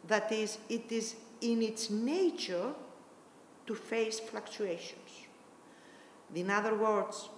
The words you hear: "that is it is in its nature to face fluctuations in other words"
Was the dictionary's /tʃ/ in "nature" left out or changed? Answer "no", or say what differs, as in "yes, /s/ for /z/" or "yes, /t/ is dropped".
no